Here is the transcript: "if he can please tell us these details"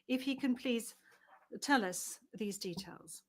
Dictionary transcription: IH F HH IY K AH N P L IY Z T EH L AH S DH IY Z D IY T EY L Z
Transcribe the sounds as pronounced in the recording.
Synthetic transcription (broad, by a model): IH F HH IY K AH N P L IY Z T EH L AH S DH IY Z D IY T EY L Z